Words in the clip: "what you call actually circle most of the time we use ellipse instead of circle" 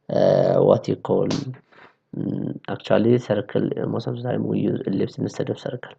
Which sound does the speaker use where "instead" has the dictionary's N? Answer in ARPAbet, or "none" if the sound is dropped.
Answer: none